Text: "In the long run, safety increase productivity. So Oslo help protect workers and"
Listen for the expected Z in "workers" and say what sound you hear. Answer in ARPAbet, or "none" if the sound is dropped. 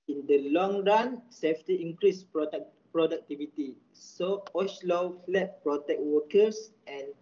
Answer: S